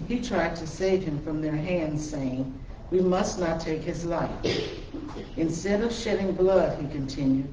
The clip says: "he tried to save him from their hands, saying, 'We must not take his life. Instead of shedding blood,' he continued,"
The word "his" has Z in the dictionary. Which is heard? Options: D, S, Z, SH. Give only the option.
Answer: Z